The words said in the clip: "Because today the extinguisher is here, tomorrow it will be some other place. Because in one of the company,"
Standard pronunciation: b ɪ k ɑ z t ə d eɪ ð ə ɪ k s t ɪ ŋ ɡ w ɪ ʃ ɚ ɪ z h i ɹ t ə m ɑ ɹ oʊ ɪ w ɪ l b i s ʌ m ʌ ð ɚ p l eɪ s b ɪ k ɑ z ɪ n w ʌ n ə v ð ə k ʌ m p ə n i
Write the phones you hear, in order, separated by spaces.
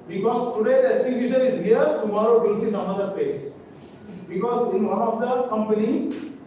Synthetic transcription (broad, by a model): b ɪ k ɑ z t ə d eɪ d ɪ s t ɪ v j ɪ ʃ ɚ ɪ z h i ɹ t ə m ɑ ɹ oʊ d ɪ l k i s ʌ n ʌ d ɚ p l eɪ s b ɪ k ɑ z ɪ n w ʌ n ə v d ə k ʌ m p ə n i